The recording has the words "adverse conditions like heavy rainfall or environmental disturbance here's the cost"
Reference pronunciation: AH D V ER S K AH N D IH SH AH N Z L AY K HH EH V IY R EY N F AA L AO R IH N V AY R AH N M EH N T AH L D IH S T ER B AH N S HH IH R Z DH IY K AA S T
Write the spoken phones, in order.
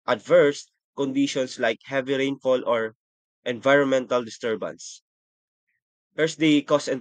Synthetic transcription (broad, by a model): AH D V ER S K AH N D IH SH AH N S L AY K HH EH V IY R EY N F AA L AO R IH N V AY R AH N M EH N T AH L D IH S T ER B AH N S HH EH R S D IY K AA S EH